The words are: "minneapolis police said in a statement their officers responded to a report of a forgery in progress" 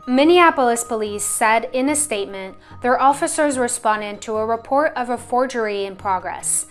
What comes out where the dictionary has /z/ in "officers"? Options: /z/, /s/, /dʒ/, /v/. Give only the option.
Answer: /z/